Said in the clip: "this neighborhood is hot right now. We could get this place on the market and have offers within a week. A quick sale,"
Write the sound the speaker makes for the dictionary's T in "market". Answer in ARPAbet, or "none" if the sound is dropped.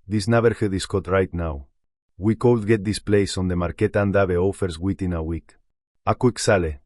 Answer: T